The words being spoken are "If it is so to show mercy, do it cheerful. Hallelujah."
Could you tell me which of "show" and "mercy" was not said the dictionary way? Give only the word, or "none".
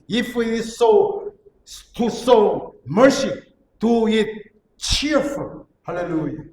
show